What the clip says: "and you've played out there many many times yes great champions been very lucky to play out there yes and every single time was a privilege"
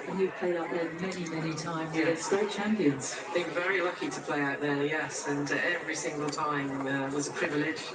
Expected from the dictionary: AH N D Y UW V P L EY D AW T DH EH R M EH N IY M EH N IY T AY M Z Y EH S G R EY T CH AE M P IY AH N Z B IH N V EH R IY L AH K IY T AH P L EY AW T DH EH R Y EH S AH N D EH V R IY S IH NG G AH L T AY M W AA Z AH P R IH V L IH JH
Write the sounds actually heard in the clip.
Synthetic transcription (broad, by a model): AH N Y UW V P L EY D AW T DH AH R M EH N IY M EH N IY T AY M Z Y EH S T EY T CH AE M P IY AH N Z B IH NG V EH R IY L AH K IY T AH P L EY AW T DH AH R Y EH S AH N EH V R IY S IH NG G AH L T AY M W AA Z AH P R IH V L IH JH